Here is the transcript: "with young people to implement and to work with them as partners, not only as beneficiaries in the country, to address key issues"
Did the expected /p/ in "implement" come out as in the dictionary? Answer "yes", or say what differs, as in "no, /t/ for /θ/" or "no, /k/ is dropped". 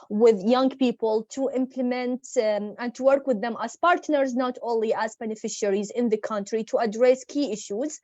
yes